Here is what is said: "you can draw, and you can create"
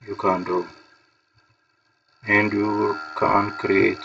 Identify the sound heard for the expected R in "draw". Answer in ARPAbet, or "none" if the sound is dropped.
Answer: none